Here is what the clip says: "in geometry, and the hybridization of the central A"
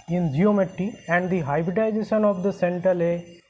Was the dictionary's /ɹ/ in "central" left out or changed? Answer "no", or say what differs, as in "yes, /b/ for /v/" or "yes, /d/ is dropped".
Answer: yes, /ɹ/ is dropped